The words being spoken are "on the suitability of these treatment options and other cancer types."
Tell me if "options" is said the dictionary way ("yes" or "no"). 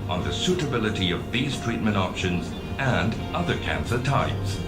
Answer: yes